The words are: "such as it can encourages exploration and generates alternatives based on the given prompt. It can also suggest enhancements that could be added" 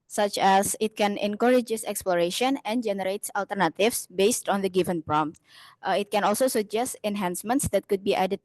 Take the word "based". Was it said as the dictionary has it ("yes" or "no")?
yes